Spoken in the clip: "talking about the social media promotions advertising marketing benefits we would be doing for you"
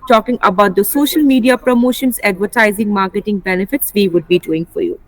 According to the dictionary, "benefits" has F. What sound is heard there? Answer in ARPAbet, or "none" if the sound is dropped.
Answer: F